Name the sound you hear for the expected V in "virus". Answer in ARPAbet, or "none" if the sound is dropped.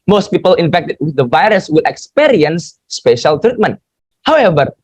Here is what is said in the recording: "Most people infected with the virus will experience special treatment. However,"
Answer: V